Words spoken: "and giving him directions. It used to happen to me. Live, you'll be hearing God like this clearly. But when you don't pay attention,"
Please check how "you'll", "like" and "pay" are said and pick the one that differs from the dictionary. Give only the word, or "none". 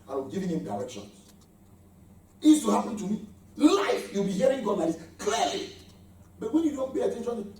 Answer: like